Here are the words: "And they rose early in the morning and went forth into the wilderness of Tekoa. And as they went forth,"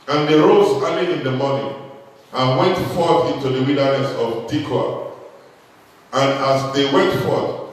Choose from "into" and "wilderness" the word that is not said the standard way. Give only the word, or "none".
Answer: wilderness